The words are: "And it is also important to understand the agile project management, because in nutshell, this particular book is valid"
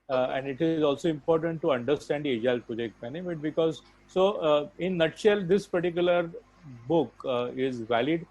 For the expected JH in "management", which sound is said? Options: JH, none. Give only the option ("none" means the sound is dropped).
none